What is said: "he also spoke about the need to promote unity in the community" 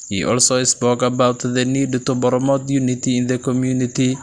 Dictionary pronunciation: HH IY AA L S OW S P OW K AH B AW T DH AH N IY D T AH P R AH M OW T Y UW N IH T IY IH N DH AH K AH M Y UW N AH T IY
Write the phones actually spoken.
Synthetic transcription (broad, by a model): HH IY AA L S OW S P OW K AH B AW T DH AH N IY D T AH B R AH M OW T Y UW N IH T IY IH N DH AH K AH M Y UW N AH T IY